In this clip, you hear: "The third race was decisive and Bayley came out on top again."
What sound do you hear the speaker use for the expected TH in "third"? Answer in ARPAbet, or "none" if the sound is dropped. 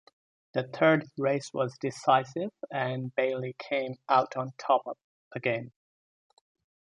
TH